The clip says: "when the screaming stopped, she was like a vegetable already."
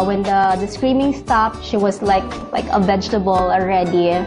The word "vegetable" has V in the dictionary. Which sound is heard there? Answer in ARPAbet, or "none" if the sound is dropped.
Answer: V